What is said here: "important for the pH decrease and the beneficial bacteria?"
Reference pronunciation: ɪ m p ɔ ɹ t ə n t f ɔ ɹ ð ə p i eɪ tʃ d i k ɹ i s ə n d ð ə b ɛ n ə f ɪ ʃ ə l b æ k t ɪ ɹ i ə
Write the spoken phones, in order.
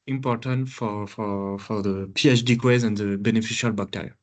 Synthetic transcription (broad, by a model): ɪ m p ɔ ɹ t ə n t f ɔ ɹ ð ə p i eɪ tʃ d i k ɛ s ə n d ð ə b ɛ n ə f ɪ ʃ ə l b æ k t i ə